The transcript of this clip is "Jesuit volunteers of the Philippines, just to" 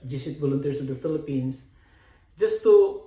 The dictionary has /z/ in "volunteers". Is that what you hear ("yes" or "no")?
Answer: no